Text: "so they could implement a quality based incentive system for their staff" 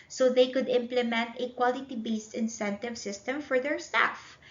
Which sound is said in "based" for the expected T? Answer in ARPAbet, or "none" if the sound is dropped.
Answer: T